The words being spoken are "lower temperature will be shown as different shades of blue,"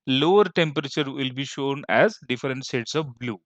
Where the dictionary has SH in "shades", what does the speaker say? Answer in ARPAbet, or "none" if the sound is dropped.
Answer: S